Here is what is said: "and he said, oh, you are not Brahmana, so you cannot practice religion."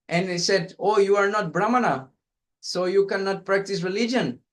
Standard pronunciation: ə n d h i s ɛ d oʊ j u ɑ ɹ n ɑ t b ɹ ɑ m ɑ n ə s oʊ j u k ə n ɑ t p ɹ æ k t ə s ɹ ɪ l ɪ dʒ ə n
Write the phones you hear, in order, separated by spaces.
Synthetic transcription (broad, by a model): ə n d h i s ɛ d oʊ j u ɑ ɹ n ɑ t b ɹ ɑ m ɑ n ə s oʊ j u k ə n ɑ t p ɹ æ k t ə s ɹ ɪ l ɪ dʒ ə n